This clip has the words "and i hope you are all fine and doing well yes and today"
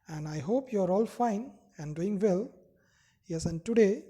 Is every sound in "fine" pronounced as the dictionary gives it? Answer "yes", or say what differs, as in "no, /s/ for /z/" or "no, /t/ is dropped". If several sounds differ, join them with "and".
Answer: yes